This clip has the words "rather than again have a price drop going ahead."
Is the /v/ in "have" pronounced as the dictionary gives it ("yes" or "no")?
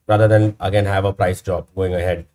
yes